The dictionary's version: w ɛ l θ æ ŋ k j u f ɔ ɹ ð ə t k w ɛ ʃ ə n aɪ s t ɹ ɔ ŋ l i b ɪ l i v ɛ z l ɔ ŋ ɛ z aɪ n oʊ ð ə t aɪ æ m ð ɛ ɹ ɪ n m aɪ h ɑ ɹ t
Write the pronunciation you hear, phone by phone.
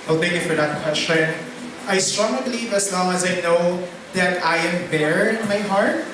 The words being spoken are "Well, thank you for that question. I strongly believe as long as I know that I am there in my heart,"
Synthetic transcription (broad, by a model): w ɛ l θ æ ŋ k j u f ɔ ɹ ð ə t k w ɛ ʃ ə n aɪ s t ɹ ɔ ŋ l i b ɪ l i v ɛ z l ɔ ŋ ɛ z aɪ n oʊ ð ə t aɪ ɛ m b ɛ ɹ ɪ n m aɪ h ɑ ɹ t